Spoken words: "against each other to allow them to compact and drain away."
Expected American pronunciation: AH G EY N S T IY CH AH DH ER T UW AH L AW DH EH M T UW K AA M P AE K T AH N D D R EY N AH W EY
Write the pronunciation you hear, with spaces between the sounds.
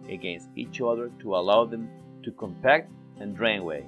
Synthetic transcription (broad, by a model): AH G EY N S T IY CH AH DH ER T UW AH L AW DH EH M T UW K AA M P AE K T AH N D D R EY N W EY